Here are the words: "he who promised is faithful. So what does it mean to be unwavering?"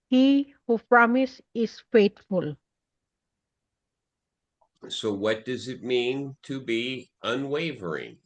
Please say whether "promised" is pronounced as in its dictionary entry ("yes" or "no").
no